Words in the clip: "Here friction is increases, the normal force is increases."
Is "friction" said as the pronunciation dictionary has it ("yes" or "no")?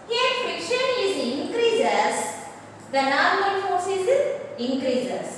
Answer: no